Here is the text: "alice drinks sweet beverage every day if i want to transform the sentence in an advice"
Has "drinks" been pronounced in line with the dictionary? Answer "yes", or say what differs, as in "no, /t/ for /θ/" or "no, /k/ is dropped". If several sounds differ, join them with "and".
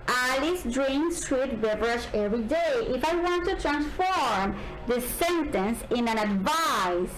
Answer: no, /k/ is dropped